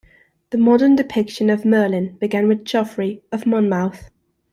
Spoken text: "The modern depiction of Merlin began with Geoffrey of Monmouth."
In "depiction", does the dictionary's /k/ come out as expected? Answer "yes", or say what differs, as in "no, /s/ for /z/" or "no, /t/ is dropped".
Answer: yes